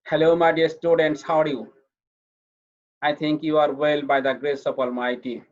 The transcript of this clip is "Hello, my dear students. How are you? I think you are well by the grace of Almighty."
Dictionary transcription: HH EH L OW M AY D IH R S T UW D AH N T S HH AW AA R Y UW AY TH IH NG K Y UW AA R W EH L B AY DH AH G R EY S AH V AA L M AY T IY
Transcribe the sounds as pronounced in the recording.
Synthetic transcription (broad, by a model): HH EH L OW M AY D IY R S T UW D AH N T S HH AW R Y UW AY T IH NG K Y UW AA R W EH L B AY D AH G R EY S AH P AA L M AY T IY